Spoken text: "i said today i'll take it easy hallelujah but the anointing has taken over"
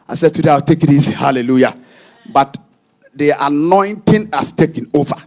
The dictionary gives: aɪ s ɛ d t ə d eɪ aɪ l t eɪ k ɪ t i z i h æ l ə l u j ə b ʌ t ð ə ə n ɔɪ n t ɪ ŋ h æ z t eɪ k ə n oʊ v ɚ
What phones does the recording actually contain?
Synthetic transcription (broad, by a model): aɪ s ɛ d t ə d eɪ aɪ w t eɪ k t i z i h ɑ l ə l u j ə b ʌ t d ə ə n ɔɪ n t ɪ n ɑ s t eɪ k ə n oʊ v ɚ